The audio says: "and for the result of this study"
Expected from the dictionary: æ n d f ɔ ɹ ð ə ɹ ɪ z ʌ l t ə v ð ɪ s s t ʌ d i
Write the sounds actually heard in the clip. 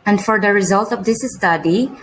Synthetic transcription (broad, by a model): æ n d f ɔ ɹ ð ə ɹ ɪ z ʌ l t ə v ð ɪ s s t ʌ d i